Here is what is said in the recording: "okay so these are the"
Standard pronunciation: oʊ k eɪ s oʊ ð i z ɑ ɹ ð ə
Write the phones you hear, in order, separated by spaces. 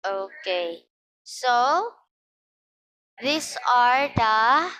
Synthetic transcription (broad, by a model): oʊ k eɪ s oʊ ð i s ɑ ɹ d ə